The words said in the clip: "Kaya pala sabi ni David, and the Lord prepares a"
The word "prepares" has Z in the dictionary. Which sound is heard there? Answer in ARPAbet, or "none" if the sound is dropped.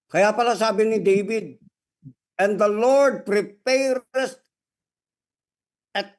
S